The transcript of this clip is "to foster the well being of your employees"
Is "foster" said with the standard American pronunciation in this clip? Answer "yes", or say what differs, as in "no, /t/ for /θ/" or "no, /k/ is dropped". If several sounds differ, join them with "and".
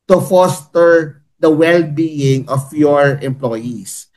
yes